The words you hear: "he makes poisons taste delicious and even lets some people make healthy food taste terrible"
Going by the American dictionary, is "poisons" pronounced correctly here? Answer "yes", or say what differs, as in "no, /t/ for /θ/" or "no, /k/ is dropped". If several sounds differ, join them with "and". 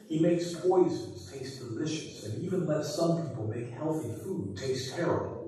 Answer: yes